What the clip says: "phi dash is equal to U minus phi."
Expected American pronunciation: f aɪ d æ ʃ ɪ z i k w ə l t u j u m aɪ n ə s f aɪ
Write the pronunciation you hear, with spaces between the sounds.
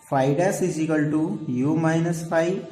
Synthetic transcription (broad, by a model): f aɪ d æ s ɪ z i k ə l t u j u m aɪ n ə s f aɪ